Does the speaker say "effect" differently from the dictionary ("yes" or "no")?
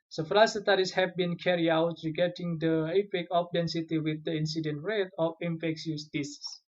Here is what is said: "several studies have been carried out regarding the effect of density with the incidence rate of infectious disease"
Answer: yes